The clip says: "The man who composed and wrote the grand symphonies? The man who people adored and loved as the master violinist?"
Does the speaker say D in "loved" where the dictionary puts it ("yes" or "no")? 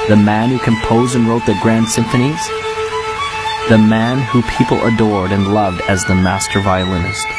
yes